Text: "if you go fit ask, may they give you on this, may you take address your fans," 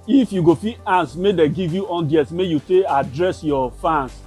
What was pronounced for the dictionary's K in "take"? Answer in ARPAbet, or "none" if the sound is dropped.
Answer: none